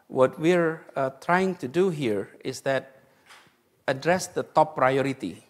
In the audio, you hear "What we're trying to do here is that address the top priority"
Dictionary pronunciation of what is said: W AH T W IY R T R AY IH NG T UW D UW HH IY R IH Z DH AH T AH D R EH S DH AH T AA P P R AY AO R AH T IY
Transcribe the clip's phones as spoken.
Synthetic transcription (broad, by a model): W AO T W IY R T R AY IH NG T UW D UW HH IY R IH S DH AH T AH D R EH S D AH T AA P P R AY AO R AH T IY